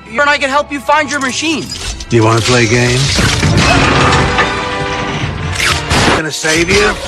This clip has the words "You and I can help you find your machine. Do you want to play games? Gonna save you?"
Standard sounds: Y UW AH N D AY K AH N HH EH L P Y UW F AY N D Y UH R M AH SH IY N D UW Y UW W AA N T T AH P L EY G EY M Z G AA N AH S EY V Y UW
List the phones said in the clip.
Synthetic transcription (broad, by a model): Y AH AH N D AY K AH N HH EH L P Y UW F AY N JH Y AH R M AH SH IY N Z Y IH W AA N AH P L EY G EY M Z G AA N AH S EY V Y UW